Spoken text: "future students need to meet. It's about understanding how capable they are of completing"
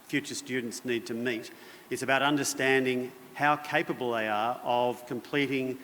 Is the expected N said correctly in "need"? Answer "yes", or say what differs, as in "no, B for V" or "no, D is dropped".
yes